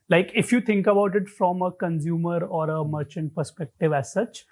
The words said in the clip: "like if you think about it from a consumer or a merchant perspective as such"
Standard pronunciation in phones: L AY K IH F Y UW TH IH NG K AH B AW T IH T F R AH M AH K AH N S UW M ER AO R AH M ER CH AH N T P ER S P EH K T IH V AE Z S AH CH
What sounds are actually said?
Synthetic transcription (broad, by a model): L AY K IH F Y UW T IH NG K AH B AW T IH T F R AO M AH K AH N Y UW M ER AO R AH M ER CH AH N T P ER S P EH K T IH V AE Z S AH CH